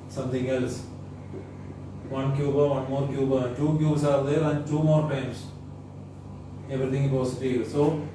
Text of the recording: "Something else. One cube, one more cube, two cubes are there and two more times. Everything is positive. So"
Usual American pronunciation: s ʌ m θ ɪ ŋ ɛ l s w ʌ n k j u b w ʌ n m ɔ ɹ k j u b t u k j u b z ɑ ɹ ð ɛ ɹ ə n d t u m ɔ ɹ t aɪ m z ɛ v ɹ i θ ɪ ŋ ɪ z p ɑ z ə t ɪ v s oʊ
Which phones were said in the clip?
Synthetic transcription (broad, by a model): s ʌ m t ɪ ŋ ɛ l s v ʌ n k j u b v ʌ n m ɔ ɹ k j u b t u k j u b s ɑ ɹ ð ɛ ɹ ə n d t u m ɔ ɹ t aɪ m s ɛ v ɹ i t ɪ ŋ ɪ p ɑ s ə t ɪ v s oʊ